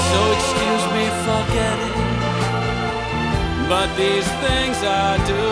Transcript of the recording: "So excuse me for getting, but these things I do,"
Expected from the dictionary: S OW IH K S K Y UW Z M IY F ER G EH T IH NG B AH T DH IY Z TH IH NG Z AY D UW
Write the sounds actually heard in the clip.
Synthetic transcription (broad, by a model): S OW IH K S K Y UW Z M IY F ER G EH T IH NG B AH T DH IY Z TH IH NG Z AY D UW